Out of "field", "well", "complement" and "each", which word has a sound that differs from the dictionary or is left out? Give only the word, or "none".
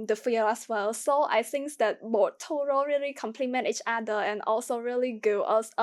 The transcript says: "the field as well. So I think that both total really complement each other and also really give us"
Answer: field